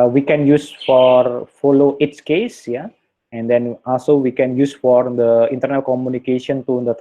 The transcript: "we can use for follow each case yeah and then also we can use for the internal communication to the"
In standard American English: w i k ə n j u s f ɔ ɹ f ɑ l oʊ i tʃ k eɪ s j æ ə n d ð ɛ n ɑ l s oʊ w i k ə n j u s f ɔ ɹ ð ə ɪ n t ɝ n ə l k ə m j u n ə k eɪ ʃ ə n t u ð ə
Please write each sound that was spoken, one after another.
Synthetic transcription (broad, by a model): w i k ə n j u s f ɔ ɹ f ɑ l oʊ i s k eɪ s j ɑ ə n d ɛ n ɑ l s oʊ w i k ə n j u s f ɔ ɹ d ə ɪ n t ɝ n ə l k ə m j u n ə k eɪ ʃ ə n t u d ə